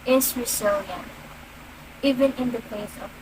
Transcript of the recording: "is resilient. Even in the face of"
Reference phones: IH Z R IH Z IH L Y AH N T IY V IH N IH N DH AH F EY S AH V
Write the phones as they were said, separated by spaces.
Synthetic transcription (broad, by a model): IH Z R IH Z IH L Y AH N IY V IH N IH N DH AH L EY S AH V